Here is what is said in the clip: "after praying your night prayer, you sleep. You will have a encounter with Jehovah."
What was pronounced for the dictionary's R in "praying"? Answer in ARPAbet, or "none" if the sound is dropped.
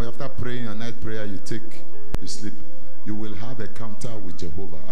R